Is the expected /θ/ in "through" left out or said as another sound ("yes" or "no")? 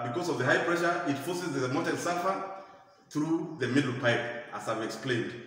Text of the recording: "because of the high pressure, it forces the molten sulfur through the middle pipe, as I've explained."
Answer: no